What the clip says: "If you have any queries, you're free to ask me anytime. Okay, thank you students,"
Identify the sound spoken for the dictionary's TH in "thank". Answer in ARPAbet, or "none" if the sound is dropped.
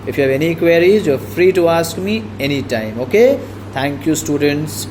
T